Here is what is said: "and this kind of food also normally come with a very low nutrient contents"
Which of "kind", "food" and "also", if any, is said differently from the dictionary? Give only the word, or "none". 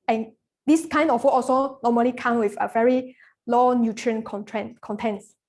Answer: food